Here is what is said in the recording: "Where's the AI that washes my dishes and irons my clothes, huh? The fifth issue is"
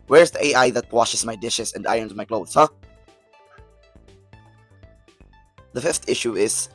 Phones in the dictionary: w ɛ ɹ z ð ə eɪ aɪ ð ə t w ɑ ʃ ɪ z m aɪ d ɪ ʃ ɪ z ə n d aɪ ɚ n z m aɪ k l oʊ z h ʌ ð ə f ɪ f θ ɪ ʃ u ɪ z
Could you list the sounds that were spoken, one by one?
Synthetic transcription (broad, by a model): w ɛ ɹ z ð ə eɪ aɪ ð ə t w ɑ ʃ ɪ s m aɪ d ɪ ʃ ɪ s ə n d aɪ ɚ n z m aɪ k l oʊ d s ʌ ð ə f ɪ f t ɪ ʃ u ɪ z